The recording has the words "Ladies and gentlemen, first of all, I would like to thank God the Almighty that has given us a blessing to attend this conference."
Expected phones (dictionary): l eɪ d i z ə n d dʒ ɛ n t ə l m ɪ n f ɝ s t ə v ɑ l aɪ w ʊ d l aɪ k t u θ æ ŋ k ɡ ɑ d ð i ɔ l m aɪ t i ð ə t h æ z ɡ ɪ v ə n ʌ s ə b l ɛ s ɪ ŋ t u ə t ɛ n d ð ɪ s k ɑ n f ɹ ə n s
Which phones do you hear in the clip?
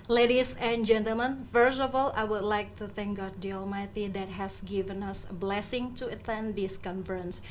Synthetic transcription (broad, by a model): l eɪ d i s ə n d dʒ ɛ n t ə l m ɪ n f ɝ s ə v ɑ l aɪ w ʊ d l aɪ k t u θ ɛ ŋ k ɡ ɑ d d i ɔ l m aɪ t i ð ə t h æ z ɡ ɪ v ə n ʌ s ə b l ɛ s ɪ ŋ t u ə t ɛ n d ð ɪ s k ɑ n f ɹ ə n s